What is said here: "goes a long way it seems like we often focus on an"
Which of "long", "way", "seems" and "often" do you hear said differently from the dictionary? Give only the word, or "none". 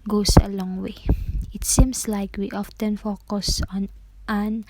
seems